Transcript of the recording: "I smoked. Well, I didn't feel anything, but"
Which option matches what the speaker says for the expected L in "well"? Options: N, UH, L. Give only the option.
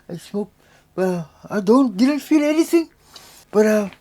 N